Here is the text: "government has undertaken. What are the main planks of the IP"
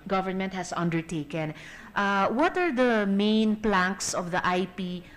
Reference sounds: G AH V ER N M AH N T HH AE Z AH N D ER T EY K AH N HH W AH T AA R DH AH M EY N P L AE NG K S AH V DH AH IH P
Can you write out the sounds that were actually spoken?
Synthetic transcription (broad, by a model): G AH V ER N M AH N T HH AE S AH N D ER T EY K AH N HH W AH T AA R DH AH M EY N P L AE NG K S AH V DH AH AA P